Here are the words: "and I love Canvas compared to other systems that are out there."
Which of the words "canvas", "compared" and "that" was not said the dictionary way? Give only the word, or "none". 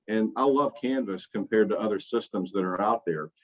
none